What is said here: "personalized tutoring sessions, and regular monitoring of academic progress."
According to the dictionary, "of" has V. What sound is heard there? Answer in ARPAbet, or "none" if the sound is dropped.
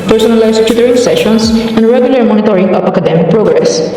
P